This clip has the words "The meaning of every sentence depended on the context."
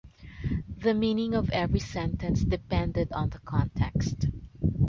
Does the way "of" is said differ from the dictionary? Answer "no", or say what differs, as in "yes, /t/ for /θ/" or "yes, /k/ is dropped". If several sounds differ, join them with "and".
no